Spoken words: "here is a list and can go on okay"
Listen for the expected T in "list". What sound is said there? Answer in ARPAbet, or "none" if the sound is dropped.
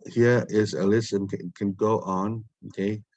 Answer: none